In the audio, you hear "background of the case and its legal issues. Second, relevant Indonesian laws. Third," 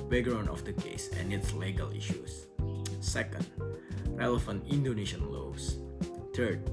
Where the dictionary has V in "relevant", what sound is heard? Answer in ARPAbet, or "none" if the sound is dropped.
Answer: F